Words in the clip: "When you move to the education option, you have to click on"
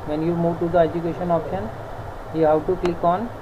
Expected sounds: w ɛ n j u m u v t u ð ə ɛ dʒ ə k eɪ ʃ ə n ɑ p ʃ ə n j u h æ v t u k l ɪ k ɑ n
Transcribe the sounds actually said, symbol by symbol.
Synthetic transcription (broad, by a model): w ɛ n j u m u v t u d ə ɛ dʒ ə k eɪ ʃ ə n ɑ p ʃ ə n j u h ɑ w t u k l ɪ k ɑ n